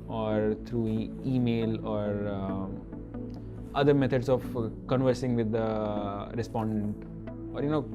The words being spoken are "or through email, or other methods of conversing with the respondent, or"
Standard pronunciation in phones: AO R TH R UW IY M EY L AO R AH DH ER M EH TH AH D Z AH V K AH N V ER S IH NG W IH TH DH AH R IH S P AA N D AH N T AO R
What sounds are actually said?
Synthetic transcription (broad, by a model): AO R T R UW IY M EY L AO R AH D ER M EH T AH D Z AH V K AH N V ER S IH NG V IH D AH R IH S P AA N D AH N T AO R